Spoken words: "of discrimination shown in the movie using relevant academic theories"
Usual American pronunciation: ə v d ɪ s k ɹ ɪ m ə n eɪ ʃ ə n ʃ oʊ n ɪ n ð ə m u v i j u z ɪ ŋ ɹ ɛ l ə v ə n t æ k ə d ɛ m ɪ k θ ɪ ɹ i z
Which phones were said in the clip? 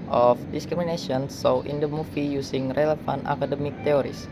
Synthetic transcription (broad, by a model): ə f d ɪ s k ɹ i m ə n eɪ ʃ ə n s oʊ ɪ n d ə m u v i j u s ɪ ŋ ɹ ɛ l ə f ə n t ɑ k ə d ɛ m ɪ k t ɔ ɹ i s